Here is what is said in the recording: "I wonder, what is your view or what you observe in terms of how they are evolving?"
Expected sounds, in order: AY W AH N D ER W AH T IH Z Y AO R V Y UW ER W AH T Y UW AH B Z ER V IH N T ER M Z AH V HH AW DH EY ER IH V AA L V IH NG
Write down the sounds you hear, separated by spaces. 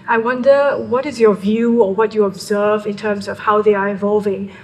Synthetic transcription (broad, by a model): AY W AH N D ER W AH T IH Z Y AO V Y UW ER W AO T Y UW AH B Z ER V IH N T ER M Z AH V HH AW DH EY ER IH V AA L V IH NG